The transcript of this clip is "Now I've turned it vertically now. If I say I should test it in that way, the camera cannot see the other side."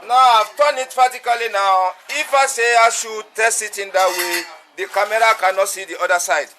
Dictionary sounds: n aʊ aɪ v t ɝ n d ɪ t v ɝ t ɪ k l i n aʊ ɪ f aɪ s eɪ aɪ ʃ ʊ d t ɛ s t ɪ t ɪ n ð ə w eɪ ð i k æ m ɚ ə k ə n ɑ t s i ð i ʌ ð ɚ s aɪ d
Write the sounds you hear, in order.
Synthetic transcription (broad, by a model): n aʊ aɪ v t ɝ n ɪ t f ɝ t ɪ k l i n aʊ ɪ f aɪ s eɪ aɪ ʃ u t ɛ s t ɪ t ɪ n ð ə w eɪ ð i k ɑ m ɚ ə k ə n ɑ t s i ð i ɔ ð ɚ s aɪ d